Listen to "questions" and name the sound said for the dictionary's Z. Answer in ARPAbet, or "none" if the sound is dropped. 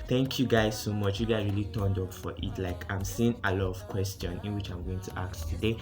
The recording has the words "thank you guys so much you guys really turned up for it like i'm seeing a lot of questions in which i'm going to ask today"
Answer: none